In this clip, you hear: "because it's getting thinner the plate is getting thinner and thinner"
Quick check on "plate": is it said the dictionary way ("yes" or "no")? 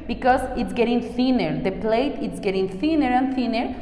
yes